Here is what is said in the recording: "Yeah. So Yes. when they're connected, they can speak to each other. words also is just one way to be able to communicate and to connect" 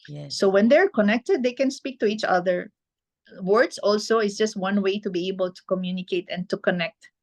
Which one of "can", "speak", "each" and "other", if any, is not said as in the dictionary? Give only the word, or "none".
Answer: none